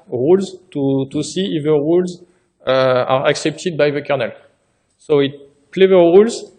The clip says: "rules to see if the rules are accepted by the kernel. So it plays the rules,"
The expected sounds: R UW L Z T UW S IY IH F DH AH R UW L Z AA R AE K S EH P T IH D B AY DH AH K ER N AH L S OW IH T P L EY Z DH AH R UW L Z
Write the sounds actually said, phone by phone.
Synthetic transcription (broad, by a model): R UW L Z T UW S IY IH F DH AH R UW L Z AA R AE K S EH P T IH D B AY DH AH K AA N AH L S OW IH T P L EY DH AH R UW L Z